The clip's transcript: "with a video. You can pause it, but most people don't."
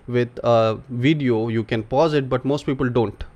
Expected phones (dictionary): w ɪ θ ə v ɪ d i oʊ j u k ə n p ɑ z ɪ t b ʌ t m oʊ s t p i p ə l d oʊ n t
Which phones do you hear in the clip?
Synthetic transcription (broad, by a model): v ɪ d ə v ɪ d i oʊ j u k ə n p ɑ z ɪ t b ʌ t m oʊ s t p i p ə l d oʊ n t